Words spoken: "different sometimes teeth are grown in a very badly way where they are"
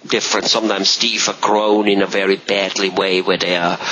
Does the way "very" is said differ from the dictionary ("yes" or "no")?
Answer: no